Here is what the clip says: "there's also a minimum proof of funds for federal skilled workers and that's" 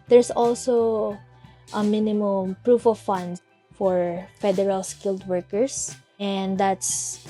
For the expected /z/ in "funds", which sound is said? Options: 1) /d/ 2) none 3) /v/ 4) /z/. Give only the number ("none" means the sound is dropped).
2